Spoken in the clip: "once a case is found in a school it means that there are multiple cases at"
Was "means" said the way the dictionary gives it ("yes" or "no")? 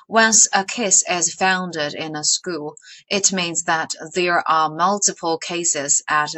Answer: yes